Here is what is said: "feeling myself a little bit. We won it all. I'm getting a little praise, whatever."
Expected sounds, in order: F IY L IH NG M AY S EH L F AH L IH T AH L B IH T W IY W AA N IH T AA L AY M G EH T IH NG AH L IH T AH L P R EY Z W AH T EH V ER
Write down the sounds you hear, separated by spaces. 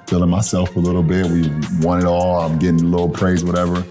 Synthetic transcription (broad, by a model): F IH L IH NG M AY S EH L F AH L IH T L B IH T W IY W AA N IH T AA L AY M G EH T IH NG L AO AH P R EY Z W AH T EH V ER